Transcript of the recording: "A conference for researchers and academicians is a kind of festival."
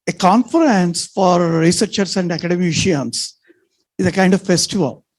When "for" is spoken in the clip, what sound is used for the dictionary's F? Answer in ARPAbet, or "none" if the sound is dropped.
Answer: F